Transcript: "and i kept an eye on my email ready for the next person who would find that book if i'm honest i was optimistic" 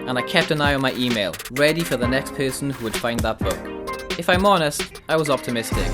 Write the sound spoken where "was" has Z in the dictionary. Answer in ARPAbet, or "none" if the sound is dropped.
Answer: Z